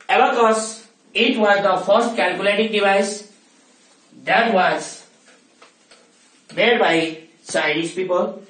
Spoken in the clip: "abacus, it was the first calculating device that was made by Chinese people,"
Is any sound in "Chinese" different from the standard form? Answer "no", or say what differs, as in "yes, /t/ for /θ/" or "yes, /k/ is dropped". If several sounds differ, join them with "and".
yes, /s/ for /tʃ/